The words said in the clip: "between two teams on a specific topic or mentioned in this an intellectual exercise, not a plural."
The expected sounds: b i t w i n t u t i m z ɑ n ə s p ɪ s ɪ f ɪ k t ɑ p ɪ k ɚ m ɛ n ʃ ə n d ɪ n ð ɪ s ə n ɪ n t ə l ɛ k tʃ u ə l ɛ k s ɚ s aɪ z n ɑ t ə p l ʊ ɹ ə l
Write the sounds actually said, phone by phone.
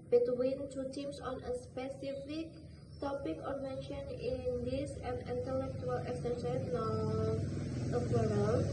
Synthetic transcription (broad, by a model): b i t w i n t u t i m s ɑ n ə s p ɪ s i f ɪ k t ɑ p ɪ k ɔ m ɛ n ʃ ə n ɪ n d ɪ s ə n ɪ n t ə l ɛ k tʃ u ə l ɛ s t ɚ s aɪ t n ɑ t ə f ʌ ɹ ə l